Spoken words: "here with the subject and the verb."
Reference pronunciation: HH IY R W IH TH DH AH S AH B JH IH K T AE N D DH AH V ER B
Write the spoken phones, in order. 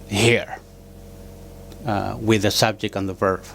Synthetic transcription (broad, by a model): HH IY R W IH DH AH S AH B JH IH K T N DH AH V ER